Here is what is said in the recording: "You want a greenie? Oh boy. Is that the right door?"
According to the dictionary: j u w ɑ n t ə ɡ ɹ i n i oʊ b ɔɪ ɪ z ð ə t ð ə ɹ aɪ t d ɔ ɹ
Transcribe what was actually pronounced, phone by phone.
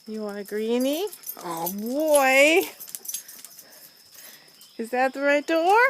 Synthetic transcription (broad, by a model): j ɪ w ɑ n ə ɡ ɹ i n i oʊ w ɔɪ ɪ z ð ə t ð ə ɹ aɪ t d ɔ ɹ